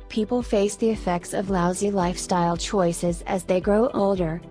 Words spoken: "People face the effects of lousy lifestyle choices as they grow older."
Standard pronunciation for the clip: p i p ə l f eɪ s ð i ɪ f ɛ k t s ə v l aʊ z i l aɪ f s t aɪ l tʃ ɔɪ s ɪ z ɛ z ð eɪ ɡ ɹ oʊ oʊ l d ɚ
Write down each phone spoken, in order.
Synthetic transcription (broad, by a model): p i p l f eɪ s ð i ɪ f ɛ k t s ə v l aʊ z i l aɪ f s t aɪ l tʃ ɔɪ s ɪ z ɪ z ð eɪ ɡ ɹ oʊ oʊ l d ɚ